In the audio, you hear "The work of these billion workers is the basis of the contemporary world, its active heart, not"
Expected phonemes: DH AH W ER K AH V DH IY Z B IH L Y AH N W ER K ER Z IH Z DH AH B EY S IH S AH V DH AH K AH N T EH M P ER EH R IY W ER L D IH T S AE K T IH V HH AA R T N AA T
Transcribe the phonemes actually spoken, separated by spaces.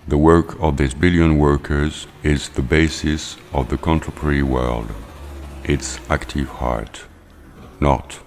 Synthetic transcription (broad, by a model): DH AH W ER K AH V DH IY S B IH L Y AH N W ER K ER Z IH Z DH AH B EY S IH S AH V DH AH K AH N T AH P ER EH R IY W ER L D IH T S AE K T IH V HH AA R T N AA T